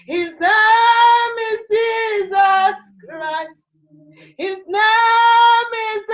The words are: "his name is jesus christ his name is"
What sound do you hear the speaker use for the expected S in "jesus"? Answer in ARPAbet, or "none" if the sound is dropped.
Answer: S